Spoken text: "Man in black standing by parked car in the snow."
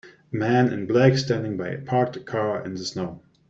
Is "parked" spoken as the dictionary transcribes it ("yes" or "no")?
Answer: yes